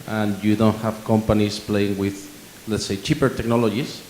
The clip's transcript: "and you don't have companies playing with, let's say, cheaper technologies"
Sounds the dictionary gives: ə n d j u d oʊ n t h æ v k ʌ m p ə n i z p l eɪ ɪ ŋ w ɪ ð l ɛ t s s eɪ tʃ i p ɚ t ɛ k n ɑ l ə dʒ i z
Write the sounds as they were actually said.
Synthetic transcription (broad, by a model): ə n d j u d oʊ n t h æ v k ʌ m p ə n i s p l eɪ ɪ ŋ w ɪ ð l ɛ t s s eɪ tʃ i p ɚ t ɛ k n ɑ l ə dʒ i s